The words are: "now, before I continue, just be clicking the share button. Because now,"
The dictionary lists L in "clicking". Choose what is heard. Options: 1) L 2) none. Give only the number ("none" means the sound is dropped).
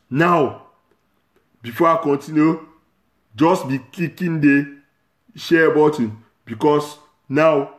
2